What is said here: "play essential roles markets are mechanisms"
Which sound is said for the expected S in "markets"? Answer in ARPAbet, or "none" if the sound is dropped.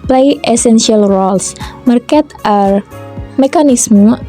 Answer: none